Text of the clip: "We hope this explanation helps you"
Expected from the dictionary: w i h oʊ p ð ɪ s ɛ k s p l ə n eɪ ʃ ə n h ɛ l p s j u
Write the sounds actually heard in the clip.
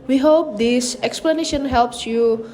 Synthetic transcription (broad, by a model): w i h oʊ p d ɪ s ɛ k s p l ə n eɪ ʃ ə n h ɛ l p s j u